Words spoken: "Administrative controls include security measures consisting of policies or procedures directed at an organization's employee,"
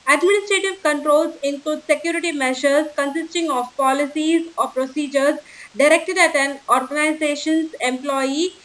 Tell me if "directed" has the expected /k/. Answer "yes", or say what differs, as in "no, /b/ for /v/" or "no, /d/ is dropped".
yes